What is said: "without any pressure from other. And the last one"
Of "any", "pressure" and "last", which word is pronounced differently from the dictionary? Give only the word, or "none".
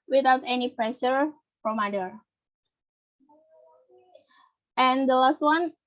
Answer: none